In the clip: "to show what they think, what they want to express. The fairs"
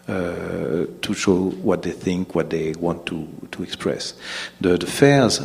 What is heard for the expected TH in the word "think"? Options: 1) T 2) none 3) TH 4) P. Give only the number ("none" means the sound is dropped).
3